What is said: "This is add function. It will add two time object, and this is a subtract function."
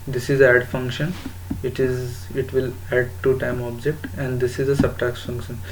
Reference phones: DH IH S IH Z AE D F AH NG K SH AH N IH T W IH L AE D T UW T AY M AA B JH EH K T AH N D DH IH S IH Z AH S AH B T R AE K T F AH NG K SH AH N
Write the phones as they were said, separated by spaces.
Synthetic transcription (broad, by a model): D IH S IH Z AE D F AH NG K SH AH N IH T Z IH L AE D T UW T AY M AA B JH EH K T AH N D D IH S IH Z AH S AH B T AE K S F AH NG K SH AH N